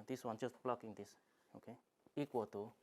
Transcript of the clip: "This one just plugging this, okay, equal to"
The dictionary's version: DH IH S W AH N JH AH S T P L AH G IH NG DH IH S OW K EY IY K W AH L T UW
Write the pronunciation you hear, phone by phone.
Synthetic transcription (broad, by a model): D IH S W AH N CH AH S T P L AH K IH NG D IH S OW K EY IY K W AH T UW